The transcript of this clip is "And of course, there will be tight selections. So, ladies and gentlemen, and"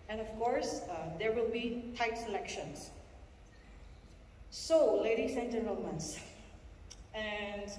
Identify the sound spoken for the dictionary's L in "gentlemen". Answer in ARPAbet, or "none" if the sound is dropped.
none